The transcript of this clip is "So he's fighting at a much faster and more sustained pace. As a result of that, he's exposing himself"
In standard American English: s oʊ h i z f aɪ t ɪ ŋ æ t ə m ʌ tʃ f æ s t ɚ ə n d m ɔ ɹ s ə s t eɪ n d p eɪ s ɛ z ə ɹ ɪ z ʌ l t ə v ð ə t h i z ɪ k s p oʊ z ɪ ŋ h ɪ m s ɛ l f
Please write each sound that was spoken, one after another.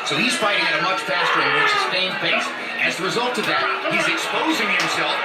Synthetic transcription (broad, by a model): s oʊ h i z f aɪ t ɪ ŋ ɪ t ə m ʌ tʃ f æ s t ɚ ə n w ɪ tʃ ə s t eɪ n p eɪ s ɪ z ə ɹ ɪ z ʌ l t ə v ð ə t h i z ɪ k s p oʊ z ɪ ŋ h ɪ m s ɛ l f